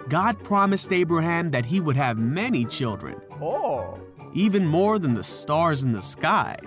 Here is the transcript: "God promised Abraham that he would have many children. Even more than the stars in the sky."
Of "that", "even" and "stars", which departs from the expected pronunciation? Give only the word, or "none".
none